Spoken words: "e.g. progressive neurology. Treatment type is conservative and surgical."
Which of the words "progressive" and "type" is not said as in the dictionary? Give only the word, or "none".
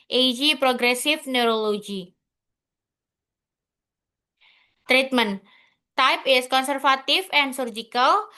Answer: progressive